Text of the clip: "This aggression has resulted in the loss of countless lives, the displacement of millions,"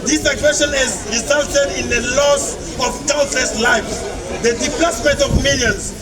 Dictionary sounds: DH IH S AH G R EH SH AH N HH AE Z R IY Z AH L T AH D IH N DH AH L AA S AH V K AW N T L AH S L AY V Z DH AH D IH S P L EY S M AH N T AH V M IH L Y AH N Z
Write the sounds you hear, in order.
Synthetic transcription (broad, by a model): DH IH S AH G R EH SH AH N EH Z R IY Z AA L T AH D IH N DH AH L AA S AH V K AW L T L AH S L AY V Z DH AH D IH P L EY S M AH N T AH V M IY L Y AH N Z